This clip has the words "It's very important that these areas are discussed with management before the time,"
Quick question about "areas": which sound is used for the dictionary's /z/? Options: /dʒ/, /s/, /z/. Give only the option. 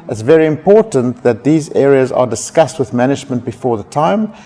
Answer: /z/